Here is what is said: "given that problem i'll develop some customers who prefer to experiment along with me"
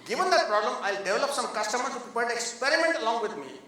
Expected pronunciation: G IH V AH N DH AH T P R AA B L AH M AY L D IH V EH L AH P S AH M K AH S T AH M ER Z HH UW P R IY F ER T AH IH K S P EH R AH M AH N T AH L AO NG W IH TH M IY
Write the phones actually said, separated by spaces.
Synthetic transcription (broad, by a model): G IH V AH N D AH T P R AA B L AH M AY L D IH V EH L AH P S AH M K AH S T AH M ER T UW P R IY P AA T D IH K S P EH R AH M AH N T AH L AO NG W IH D M IY